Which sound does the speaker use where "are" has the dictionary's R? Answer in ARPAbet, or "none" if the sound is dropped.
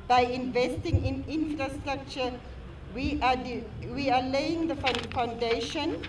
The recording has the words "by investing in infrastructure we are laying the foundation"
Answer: W